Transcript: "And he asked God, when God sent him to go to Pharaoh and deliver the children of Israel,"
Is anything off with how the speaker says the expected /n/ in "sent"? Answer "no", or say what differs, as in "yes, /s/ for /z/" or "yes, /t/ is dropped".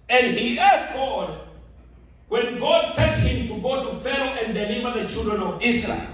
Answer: yes, /l/ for /n/